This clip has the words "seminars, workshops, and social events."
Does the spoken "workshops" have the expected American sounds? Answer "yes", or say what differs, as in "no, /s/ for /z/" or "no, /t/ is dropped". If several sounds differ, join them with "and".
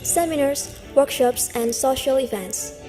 yes